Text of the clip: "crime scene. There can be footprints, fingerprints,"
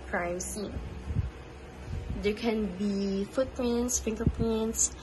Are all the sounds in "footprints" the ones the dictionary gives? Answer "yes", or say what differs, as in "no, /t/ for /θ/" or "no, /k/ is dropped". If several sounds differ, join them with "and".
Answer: no, /l/ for /ɹ/